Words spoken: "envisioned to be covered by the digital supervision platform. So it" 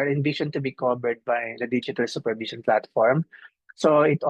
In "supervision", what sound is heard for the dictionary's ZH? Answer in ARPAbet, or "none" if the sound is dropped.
SH